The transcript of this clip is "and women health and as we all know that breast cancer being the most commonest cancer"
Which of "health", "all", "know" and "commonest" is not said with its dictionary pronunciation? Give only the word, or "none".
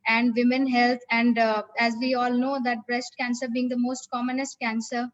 health